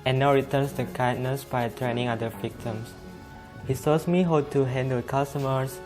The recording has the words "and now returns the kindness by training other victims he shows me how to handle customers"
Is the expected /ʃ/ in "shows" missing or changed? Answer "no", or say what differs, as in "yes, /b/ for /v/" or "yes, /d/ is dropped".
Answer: yes, /s/ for /ʃ/